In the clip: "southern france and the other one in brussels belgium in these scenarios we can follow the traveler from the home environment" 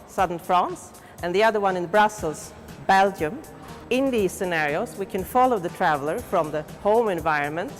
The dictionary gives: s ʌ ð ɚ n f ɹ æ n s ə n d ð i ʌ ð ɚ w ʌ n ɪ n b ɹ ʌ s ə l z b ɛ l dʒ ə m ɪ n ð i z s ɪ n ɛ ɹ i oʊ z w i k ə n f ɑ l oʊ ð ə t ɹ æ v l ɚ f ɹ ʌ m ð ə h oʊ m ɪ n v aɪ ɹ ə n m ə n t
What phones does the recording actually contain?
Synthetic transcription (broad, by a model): s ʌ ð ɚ n f ɹ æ n s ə n ð i ʌ ð ɚ w ʌ n ɪ n b ɹ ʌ s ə l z b ɛ l dʒ ə m ɪ n ð i z s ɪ n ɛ ɹ i oʊ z w i k ə n f ɑ l oʊ ð ə t ɹ æ v l ɚ f ɹ ʌ m ð ə h oʊ m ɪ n v aɪ ɹ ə n m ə n t